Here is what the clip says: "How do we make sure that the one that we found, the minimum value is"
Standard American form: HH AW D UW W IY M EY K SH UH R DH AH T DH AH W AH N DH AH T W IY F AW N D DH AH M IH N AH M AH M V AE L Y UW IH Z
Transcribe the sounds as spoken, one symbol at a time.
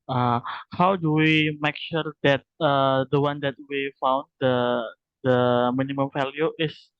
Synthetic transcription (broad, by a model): HH AW D UW W IY M EY K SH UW R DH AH T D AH W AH N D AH T W IY F AW N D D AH M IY N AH M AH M F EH L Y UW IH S